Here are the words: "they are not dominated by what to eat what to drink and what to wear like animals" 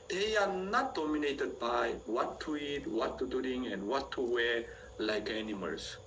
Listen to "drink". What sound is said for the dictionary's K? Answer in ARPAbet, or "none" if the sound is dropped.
none